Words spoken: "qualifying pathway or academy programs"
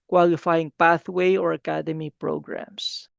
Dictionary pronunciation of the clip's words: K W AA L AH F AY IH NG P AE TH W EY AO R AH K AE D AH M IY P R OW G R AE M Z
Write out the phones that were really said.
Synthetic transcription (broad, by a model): K W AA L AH F AY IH NG P AE TH W EY AO R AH K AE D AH M IY P R OW G R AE M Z